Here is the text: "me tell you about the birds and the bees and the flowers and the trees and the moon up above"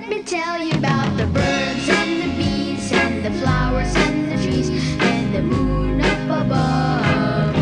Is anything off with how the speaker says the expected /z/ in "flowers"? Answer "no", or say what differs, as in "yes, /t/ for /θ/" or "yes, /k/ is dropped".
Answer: no